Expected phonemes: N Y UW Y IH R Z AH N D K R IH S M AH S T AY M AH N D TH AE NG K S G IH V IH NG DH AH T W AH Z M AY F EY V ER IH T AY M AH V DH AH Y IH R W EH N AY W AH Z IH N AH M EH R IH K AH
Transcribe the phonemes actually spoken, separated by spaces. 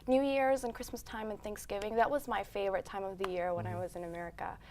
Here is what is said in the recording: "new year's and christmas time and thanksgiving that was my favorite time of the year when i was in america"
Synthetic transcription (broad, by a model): N Y UW Y IH R Z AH N K R IH S M AH S T AY M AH N TH AE NG K S G IH V IH NG DH AH T W AH Z M AY F EY V ER IH T AY M AH V DH AH Y IH R W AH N AY W AH Z IH N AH M EH R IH K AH